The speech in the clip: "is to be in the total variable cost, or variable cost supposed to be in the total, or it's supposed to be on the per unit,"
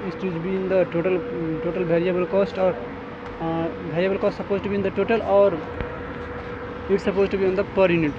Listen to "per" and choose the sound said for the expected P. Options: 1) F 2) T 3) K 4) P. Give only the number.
4